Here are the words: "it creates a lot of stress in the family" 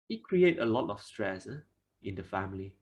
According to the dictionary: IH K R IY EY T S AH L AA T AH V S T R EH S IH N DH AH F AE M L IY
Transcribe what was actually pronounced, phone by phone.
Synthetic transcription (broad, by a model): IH K R IY EY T AH L AA T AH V S T R EH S IH N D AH F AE M L IY